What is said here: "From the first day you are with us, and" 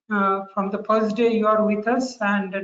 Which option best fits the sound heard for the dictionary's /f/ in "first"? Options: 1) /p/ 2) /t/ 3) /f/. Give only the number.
1